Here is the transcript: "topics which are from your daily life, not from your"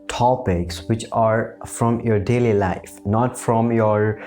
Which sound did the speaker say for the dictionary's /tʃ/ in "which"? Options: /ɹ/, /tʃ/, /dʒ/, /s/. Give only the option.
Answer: /tʃ/